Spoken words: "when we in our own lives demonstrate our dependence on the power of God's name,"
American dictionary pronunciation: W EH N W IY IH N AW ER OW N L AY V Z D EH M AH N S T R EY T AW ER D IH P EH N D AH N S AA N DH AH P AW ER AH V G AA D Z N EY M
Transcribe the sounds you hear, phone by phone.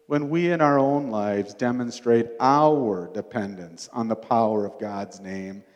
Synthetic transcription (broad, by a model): W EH N W IY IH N AW ER OW N L AY V Z D EH M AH N S T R EY T AW ER D IH P EH N D AH N S N DH AH P AW ER AH V G AA D Z N EY M